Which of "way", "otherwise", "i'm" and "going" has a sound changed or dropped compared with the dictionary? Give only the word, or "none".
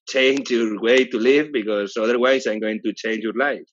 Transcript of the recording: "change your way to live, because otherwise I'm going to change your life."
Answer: otherwise